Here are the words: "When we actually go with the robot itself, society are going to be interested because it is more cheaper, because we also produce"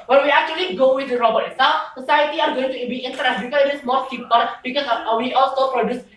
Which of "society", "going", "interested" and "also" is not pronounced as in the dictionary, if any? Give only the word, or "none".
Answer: interested